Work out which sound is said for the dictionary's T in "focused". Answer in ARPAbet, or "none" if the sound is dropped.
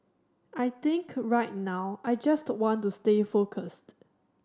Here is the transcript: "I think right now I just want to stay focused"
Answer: T